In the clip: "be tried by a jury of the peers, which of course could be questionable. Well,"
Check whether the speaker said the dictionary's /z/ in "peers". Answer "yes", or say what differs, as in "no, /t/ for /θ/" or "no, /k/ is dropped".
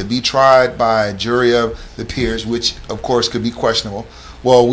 yes